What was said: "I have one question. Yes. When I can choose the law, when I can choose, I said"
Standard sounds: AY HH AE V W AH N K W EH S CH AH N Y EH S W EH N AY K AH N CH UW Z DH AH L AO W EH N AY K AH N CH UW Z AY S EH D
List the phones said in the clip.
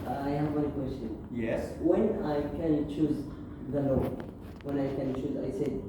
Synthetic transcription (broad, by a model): AY HH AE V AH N K W EH S CH AH N Y EH S W EH N AY K AH N CH UW Z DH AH L AO W EH N AY K AH N CH UW Z AY S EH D